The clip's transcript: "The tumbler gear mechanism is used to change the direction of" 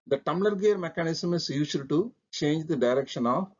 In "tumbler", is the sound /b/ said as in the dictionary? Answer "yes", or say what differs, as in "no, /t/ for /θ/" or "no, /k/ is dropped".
no, /b/ is dropped